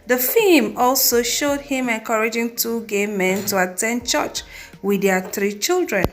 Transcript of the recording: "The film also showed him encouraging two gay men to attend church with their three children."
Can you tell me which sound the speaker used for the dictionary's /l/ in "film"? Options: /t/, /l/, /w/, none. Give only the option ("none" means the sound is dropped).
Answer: none